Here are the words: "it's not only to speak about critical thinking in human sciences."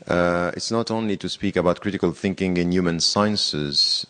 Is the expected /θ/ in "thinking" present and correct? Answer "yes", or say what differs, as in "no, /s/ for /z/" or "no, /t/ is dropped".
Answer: yes